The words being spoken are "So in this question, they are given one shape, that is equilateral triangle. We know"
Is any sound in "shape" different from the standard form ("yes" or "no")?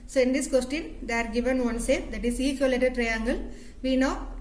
yes